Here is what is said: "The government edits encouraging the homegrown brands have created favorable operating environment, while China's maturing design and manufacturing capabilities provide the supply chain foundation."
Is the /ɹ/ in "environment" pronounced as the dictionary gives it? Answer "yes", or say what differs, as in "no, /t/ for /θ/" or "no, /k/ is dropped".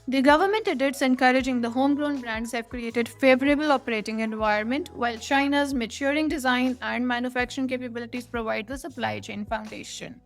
no, /ɹ/ is dropped